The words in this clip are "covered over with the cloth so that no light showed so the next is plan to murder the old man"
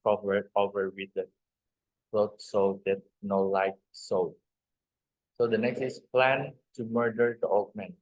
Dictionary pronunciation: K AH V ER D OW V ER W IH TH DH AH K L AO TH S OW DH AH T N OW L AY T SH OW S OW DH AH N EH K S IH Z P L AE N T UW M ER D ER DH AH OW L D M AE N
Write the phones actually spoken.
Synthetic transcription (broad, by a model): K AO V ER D OW V ER W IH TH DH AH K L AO T S OW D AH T N OW L AY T S OW S OW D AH N EH K S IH S P L AE N T UW M ER D ER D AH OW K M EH N